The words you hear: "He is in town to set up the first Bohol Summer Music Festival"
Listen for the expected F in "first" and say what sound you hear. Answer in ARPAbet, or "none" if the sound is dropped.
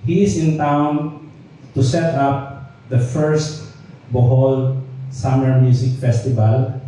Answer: F